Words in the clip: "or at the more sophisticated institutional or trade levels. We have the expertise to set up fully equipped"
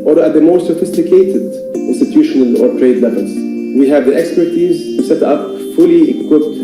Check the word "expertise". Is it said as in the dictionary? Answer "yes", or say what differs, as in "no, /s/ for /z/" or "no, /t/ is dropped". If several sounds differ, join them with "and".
yes